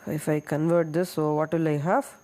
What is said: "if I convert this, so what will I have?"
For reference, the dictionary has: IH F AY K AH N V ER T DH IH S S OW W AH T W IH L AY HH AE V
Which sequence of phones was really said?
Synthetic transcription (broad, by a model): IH F AY K AH N V ER T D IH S S OW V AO T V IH L AY HH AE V